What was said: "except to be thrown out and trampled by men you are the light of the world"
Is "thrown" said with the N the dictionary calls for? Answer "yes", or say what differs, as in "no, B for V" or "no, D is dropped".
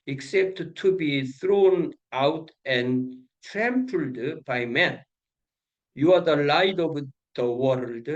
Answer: yes